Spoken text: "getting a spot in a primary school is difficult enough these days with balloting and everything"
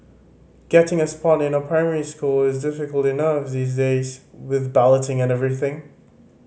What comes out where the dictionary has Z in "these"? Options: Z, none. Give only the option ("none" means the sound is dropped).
Z